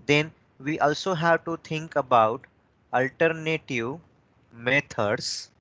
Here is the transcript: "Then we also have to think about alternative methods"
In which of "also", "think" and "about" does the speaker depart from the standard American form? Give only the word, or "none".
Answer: think